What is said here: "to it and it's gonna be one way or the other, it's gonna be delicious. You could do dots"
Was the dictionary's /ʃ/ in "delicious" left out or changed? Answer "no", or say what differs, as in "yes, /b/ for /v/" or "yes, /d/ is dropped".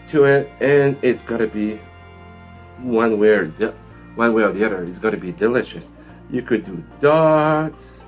no